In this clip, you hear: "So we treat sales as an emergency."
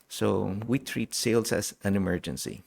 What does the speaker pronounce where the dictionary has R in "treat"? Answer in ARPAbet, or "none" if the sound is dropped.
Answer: R